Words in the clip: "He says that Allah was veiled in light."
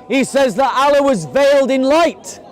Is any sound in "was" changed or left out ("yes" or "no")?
no